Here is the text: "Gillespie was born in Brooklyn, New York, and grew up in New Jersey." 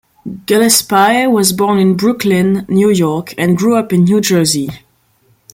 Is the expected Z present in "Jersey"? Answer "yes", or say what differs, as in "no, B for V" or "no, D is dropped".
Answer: yes